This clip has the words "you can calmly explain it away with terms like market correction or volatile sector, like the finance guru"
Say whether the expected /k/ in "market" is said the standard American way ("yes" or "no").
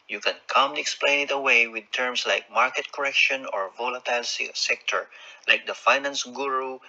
yes